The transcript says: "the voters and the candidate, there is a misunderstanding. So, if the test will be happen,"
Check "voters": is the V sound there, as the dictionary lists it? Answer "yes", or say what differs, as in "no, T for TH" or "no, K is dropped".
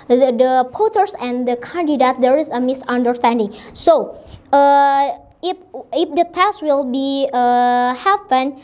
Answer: no, P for V